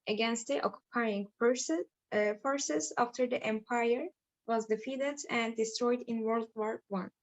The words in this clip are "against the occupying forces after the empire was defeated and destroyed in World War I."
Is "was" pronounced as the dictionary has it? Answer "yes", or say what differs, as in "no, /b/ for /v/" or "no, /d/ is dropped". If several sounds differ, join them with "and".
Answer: yes